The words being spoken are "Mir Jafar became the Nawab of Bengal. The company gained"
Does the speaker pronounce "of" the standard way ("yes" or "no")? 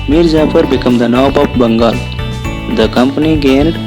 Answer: no